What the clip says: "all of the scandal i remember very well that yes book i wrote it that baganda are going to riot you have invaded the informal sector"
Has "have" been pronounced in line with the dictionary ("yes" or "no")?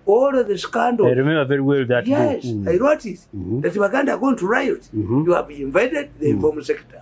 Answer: no